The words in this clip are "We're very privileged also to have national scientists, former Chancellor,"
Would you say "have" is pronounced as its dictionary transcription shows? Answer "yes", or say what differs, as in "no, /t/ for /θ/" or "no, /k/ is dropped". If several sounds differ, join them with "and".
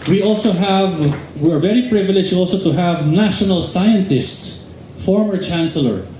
yes